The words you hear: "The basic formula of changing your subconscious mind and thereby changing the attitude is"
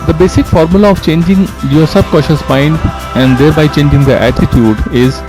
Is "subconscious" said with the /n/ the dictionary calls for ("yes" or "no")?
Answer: no